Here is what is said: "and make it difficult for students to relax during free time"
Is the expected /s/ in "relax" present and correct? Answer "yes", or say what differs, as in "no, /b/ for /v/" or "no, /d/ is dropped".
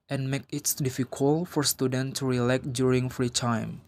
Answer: no, /s/ is dropped